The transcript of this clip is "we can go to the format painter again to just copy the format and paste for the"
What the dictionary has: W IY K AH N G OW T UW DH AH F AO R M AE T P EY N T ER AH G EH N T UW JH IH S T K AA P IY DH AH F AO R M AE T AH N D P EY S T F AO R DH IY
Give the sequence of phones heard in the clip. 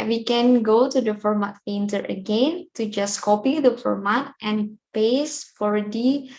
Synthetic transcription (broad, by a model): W IY K AH N G OW T UW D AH F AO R M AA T F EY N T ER AH G EH N T UW JH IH S K AA P IY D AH F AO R M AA T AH N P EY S F AO R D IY